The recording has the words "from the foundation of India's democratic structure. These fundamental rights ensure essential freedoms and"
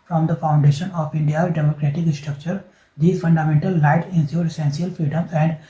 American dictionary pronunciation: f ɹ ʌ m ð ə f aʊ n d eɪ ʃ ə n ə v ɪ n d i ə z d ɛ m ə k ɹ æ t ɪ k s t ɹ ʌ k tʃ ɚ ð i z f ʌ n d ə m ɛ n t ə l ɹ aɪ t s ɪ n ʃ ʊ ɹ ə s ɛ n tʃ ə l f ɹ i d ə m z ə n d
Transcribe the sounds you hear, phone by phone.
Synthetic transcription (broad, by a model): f ɹ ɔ m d ə f aʊ n d eɪ ʃ ə n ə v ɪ n d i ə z d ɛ m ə k ɹ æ t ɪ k s t ɹ ʌ k tʃ ɚ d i f ʌ n d ə m ɛ n t ə l aɪ t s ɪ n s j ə s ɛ n s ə l f ɹ i d ə m ə n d